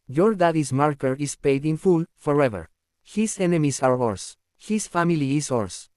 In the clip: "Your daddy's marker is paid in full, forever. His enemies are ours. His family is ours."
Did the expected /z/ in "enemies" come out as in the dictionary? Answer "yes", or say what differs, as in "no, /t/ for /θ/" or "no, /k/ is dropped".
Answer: no, /s/ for /z/